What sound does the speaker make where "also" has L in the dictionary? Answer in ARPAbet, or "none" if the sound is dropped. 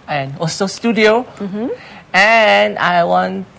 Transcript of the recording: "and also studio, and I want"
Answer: none